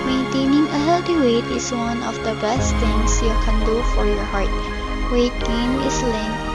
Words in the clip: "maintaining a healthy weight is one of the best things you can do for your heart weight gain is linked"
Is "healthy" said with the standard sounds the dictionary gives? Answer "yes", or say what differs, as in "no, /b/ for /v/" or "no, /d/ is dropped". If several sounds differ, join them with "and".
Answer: no, /t/ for /θ/